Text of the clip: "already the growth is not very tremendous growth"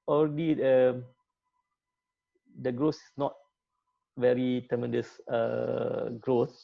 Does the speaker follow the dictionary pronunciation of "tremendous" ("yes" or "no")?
no